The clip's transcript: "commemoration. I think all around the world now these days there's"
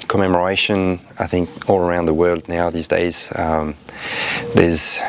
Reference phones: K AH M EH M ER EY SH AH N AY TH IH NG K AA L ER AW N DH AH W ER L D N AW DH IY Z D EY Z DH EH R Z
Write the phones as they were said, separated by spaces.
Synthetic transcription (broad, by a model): K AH M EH M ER EY SH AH N AY TH IH NG K AA L ER AW N DH AH W ER L D N AW DH IY Z D EY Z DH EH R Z